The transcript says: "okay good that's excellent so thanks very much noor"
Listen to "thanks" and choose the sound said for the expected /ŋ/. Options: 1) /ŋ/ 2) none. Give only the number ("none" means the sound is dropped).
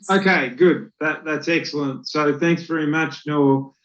1